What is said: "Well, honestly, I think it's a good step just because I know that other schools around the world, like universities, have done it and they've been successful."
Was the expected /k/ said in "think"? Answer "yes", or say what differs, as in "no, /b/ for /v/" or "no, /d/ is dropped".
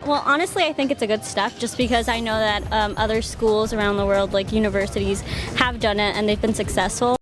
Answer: yes